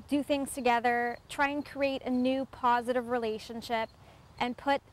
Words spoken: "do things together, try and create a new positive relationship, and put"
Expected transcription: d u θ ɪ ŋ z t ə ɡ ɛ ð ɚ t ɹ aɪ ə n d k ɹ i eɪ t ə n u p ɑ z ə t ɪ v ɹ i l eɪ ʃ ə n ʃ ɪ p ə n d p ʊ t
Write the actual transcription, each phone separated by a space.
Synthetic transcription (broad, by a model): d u θ ɪ ŋ z t ə ɡ ɛ ð ɚ t ɹ aɪ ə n k ɹ i eɪ t ə n u p ɑ z ə t ɪ v ɹ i l eɪ ʃ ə n ʃ ɪ p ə n p ʊ t